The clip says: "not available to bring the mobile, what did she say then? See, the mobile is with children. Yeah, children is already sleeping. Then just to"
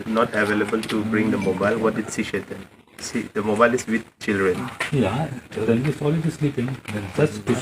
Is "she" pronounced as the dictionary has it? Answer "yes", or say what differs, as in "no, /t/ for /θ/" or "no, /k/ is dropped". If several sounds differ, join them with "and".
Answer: no, /s/ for /ʃ/